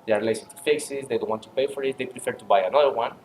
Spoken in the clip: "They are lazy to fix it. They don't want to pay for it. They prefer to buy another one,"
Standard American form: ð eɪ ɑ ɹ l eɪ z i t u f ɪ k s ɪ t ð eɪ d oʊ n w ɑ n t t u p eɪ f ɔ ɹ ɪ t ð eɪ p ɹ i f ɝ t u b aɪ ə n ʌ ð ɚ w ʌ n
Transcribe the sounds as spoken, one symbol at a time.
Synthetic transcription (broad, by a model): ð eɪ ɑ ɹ l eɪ s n t u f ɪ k s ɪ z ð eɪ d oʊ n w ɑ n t t u p eɪ f ɔ ɹ ɪ t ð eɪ p ɹ i f ɝ t u b aɪ ə n ʌ ð ɚ w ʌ n